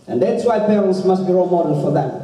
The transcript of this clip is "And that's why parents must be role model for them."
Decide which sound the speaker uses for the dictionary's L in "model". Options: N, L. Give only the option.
N